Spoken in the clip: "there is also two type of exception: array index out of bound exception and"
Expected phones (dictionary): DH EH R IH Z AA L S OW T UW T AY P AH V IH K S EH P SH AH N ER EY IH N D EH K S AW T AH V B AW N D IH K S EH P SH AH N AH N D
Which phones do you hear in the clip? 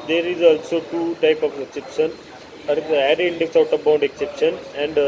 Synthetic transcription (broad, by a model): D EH R IH Z AA L S OW T UW T AY P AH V IH K S EH P SH AH N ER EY IH N D EH K S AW T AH B AW N D IH K S EH P SH AH N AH N D